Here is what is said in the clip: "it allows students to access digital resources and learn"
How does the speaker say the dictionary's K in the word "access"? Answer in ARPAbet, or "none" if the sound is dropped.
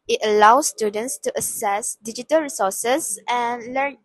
none